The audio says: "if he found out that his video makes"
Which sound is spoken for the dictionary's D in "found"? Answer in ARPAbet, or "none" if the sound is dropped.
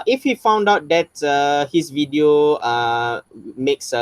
D